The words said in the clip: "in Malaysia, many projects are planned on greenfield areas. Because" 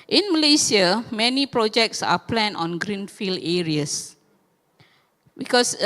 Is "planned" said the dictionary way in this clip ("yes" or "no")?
no